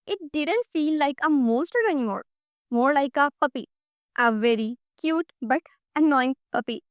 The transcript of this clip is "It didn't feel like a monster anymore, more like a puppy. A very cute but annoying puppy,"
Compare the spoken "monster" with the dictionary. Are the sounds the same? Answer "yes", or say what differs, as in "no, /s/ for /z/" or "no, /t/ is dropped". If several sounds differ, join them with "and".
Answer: no, /n/ is dropped